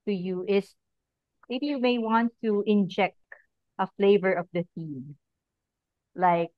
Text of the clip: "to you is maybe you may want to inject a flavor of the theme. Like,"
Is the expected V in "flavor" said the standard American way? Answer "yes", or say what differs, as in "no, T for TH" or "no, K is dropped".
yes